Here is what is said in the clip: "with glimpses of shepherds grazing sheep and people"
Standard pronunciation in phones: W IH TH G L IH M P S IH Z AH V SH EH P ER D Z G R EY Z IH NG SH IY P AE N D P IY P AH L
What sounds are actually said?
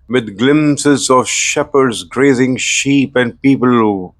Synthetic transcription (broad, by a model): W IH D G L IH M S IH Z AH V SH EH P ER D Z G R EY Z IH NG SH IY P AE N D P IY P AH L